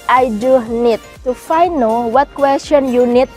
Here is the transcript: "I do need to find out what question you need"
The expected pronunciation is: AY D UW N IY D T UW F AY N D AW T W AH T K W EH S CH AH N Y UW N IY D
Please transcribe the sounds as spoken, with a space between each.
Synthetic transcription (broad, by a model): AY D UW N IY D T UW F AY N AO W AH T K W EH S CH AH N Y UW N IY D